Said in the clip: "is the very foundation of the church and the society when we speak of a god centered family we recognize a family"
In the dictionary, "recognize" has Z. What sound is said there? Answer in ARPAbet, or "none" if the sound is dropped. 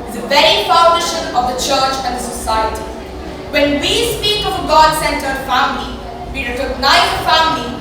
none